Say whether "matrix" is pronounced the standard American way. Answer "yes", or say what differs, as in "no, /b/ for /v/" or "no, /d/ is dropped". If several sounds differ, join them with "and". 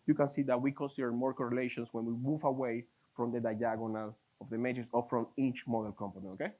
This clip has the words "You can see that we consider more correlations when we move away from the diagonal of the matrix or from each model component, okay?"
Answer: no, /k/ is dropped